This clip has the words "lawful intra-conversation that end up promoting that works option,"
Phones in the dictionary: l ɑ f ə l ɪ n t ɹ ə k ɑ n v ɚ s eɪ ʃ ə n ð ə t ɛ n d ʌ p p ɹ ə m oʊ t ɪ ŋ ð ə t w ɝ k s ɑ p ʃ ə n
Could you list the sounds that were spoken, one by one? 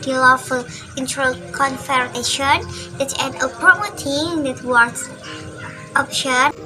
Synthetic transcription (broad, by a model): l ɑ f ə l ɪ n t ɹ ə k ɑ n f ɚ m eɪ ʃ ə n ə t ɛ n ʌ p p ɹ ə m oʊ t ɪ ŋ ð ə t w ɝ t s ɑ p ʃ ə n